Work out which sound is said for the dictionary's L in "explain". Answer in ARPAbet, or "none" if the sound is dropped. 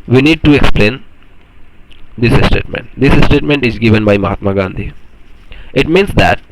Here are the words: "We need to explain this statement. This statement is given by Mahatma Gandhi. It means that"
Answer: L